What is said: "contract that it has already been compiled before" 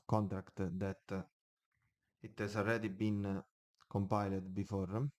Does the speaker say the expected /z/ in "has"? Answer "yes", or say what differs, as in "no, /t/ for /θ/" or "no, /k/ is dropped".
no, /s/ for /z/